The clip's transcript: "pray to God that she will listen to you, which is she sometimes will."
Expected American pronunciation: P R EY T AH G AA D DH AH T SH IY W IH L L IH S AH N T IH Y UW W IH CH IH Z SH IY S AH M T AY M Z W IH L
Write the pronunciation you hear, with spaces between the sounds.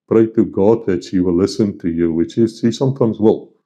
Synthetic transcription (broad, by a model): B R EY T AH G AA D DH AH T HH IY W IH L L IH S AH N T IH Y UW W IH CH IH Z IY S AH M T AY M Z W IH L